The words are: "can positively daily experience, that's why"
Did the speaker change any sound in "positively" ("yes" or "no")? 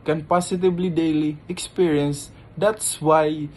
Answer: yes